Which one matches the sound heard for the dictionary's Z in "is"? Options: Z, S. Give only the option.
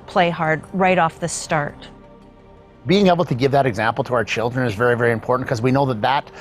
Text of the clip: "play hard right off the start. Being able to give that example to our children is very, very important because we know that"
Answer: Z